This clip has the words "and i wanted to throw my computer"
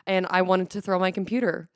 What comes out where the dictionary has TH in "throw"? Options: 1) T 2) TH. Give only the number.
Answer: 2